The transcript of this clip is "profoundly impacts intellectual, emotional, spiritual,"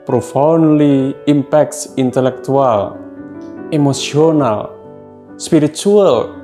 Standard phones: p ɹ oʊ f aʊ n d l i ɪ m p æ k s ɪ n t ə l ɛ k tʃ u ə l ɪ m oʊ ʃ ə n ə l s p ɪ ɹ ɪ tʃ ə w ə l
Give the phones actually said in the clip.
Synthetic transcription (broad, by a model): p ɹ oʊ f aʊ n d l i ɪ m p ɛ k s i n t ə l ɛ k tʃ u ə l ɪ m oʊ s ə n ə l s p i ɹ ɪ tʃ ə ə l